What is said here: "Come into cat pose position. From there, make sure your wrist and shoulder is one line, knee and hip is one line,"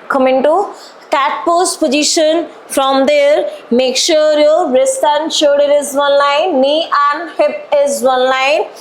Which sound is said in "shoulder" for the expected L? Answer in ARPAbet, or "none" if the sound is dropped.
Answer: none